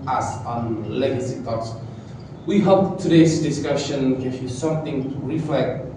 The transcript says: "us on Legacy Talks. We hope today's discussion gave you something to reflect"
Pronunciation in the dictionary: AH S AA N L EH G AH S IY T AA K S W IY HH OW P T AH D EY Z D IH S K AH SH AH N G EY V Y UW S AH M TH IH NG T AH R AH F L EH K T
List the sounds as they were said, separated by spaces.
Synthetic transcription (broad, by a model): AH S AA N L EH G AH S IY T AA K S W IY HH OW P T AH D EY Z D IH S K AH SH AH N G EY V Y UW S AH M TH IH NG R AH F L EH K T